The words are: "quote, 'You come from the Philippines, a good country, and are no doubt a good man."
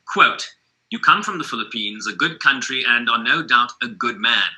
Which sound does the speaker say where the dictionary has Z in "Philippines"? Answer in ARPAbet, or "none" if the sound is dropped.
Z